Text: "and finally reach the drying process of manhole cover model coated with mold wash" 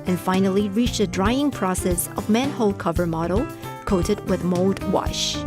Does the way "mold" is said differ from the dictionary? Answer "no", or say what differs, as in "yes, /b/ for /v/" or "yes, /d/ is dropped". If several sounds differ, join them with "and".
no